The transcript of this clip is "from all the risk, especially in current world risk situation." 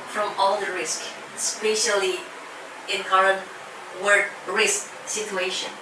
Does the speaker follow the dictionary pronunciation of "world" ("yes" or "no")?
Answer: no